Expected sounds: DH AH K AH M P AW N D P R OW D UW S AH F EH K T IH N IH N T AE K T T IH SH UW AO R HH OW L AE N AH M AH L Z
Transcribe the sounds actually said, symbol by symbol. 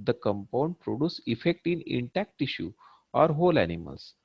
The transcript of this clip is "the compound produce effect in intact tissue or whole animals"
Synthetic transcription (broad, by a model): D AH K AH M P AW N D P R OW D UW S AH F EH K T IH N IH N T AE K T T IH SH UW AO R HH OW L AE N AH M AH L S